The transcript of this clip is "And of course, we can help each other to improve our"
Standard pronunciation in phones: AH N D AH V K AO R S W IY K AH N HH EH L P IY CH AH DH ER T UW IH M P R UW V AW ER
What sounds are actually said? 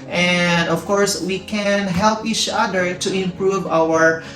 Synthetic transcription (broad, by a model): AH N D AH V K AO R S W IY K AH N HH EH L P IY CH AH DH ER T UW IH M P R UW V AW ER